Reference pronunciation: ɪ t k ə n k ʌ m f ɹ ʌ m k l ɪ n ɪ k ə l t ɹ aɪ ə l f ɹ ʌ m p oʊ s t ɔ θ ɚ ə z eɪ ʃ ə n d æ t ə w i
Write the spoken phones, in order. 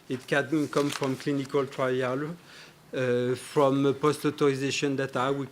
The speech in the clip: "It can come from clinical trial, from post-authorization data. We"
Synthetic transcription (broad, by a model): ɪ t k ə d k ʌ m f ɹ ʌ m k l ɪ n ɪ k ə l t ɹ aɪ ə l f ɹ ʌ m p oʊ s t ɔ t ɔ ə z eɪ ʃ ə n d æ t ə w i